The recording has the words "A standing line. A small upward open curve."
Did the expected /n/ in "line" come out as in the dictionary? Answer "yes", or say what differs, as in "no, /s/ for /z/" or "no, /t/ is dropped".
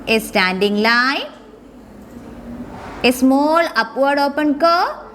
no, /n/ is dropped